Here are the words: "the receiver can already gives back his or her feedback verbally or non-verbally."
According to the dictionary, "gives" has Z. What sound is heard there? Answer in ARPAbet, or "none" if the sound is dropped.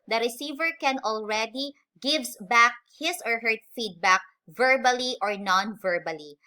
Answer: S